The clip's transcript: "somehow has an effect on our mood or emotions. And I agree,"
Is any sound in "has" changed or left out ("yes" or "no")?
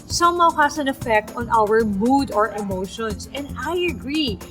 yes